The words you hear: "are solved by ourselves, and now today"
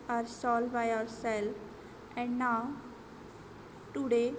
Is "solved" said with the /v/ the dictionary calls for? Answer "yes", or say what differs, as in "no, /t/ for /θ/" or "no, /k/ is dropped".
no, /v/ is dropped